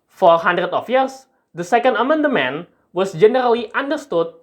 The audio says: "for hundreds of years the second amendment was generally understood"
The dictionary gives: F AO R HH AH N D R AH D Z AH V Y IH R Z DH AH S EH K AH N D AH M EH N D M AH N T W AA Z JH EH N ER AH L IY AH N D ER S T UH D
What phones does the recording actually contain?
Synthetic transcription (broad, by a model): F AO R HH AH N D R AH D AH F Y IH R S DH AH S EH K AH N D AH M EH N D M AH N W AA S JH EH N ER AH L IY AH N D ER S T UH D